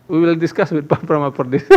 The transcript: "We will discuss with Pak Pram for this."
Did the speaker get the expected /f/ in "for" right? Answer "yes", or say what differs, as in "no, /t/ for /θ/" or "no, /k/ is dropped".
no, /p/ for /f/